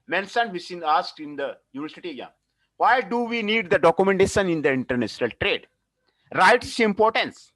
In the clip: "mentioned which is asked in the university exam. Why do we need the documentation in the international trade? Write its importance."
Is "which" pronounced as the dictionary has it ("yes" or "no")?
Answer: no